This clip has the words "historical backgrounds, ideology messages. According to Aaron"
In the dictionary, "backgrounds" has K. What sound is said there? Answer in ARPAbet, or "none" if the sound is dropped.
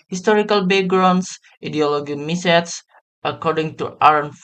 none